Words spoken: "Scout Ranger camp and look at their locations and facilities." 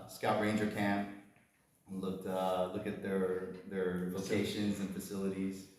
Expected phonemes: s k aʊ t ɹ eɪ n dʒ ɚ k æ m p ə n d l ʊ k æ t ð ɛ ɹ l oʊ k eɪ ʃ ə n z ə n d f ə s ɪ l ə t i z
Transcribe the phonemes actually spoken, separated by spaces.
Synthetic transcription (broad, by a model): s k aʊ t ɹ eɪ n dʒ ɚ k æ m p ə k l ʊ k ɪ t ð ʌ ɹ l oʊ k eɪ ʃ ə n z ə n f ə s ɪ l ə t i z